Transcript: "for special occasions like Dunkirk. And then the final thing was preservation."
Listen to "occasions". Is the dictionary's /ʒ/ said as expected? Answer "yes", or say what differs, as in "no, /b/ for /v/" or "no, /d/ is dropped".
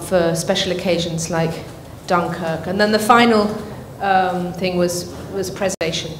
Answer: yes